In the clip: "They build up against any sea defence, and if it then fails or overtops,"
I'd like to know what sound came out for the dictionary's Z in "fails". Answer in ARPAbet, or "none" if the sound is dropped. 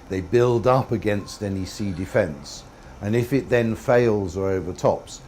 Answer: Z